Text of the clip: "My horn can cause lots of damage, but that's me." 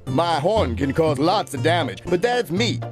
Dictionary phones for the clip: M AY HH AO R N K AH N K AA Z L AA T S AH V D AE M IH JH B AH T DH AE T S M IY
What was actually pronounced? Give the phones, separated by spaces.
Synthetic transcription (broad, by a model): M AY HH AO R N K AH N K AA Z L AA T S AH V D AE M IH JH B AH T DH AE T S M IY